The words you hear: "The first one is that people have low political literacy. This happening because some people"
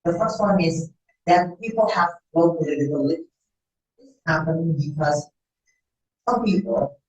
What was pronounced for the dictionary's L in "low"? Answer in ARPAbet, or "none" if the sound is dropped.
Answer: W